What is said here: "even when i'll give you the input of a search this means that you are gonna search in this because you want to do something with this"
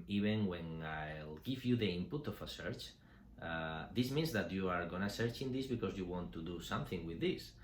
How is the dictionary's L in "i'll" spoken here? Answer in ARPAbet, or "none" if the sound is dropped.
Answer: L